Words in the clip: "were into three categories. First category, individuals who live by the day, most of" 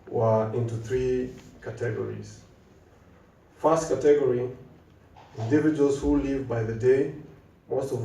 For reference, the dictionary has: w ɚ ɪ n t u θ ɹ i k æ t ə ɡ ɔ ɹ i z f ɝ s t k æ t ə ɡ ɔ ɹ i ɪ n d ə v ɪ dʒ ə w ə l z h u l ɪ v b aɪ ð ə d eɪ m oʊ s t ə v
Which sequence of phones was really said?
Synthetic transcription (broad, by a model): w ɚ ɪ n t u θ ɹ i k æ t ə ɡ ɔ ɹ i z f ɝ s t k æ t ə ɡ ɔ ɹ i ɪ n d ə v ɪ dʒ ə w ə l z h u l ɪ v b aɪ ð ə d eɪ m oʊ s t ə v